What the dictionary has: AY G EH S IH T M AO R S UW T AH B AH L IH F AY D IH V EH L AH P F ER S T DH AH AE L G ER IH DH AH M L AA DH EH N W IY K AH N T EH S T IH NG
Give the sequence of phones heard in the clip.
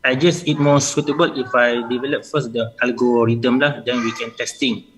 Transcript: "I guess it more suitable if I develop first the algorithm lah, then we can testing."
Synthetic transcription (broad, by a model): AY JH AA S IH T M AO S UW T AH B AH L IH F AY D IH V EH L AH P F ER S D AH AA L G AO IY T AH M L AA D EH N W IY K AH N T EH S T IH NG